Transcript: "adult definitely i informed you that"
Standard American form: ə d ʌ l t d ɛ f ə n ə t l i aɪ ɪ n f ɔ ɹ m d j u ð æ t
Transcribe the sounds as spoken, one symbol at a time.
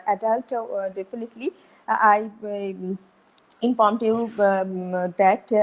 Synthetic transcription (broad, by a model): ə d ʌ l t d ɛ f ə n ə t l i aɪ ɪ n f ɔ ɹ m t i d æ t